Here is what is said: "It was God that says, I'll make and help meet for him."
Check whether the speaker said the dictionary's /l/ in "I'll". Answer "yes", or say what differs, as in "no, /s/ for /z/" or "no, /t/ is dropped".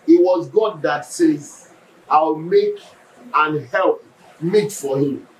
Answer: no, /w/ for /l/